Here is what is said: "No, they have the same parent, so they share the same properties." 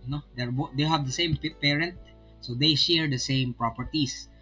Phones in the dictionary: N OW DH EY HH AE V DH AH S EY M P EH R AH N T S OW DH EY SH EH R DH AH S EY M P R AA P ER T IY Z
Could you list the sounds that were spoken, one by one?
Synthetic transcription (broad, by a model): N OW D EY HH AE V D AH S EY M P EH R AH N T S OW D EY SH EH R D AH S EY M P R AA P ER T IY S